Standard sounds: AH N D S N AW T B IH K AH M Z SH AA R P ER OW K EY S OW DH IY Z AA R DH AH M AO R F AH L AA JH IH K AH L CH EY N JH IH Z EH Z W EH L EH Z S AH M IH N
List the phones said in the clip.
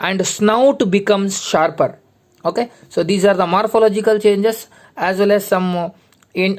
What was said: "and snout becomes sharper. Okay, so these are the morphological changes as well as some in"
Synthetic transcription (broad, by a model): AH N D S N AW T B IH K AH M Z SH AA R P ER OW K EY S OW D IY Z AA R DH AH M AO R F AH L AA JH IH K AH L CH EY N JH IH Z EH Z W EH L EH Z S AH M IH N